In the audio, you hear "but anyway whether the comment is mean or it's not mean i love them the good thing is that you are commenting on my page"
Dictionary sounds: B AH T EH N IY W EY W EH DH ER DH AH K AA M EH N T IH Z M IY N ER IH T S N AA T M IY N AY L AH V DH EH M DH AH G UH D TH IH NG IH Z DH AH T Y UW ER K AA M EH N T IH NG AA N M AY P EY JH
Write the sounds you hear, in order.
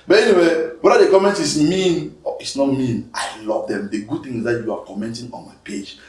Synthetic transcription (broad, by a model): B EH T EH N IY W EY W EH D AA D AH K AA M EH N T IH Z M IY N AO IH T S N AA T M IY N AY L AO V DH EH M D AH G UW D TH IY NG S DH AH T Y UW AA K AA M EH N T IH NG AA N M AY P EY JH